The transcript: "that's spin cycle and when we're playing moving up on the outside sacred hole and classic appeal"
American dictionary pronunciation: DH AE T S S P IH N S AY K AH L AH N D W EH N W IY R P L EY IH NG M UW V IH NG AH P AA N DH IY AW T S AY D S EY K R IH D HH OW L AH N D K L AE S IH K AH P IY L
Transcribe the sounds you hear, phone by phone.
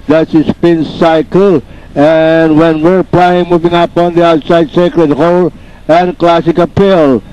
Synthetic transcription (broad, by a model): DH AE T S S P IH N S AY K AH L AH N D W EH N W IY R P L EY IH NG M UW V IH NG AH P AA N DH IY AW T S AY D S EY K R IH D HH OW L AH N K L AE S IH K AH P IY L